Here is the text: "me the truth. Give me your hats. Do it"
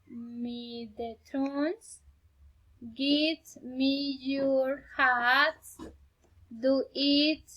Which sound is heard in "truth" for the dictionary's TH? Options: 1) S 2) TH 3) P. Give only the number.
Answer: 1